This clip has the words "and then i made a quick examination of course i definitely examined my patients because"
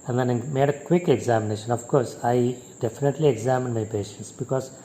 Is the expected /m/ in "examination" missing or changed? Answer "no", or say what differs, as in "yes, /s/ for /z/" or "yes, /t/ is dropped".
no